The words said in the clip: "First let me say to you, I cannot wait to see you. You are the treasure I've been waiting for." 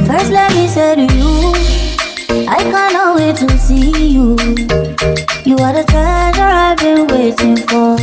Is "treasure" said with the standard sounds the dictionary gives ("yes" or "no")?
no